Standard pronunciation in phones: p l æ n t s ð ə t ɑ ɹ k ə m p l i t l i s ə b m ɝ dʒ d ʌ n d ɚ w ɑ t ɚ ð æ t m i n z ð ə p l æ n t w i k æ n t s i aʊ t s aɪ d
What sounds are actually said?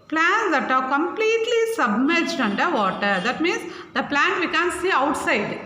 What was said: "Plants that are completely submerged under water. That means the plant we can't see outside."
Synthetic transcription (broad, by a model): p l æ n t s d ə t ɑ ɹ k ə m p l i t l i s ə b m ɝ dʒ d ʌ n d ɚ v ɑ t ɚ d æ t m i n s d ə p l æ n t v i k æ n s i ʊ t s aɪ d